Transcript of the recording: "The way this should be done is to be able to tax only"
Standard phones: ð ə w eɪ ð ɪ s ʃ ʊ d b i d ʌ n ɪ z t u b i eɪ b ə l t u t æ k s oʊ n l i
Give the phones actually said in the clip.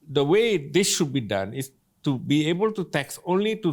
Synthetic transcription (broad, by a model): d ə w eɪ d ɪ s ʃ ʊ d b i d ʌ n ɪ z t u b i eɪ b ə l t u t æ k s oʊ n l i